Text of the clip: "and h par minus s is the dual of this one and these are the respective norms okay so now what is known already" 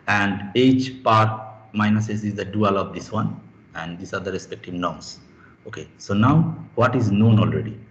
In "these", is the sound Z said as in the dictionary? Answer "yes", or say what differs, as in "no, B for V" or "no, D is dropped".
no, S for Z